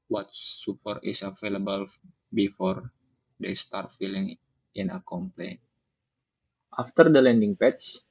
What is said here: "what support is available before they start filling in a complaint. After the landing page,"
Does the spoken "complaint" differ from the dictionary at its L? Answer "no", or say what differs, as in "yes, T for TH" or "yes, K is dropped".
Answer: no